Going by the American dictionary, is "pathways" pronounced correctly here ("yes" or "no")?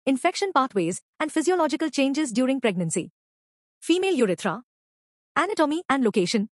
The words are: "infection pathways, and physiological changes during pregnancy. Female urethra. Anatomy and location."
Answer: no